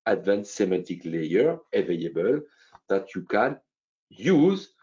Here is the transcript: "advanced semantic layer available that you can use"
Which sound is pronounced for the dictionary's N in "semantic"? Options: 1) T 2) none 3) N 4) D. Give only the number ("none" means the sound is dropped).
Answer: 2